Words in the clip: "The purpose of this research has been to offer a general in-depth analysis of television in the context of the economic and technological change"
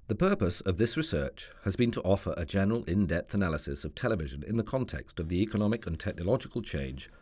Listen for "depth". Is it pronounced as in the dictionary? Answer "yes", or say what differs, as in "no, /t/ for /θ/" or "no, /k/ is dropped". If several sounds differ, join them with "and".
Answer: yes